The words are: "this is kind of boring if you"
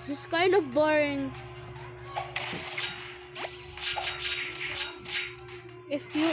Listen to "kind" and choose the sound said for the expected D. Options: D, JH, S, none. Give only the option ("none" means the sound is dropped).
none